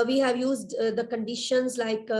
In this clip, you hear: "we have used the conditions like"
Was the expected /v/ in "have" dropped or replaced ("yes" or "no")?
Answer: no